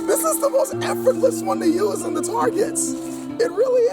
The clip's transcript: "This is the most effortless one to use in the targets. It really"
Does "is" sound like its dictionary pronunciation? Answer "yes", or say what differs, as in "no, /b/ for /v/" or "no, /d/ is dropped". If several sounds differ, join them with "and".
yes